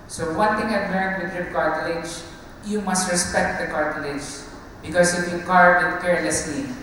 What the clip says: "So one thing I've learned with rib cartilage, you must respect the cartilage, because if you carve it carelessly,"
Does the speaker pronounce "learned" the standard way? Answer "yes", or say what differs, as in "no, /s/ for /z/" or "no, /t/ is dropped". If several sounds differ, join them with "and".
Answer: no, /n/ is dropped